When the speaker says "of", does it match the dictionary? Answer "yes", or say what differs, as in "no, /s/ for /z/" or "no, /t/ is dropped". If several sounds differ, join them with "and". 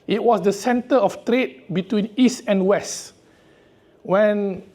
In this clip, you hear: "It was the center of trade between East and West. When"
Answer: no, /f/ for /v/